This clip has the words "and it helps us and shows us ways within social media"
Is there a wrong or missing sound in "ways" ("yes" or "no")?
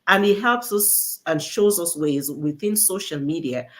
no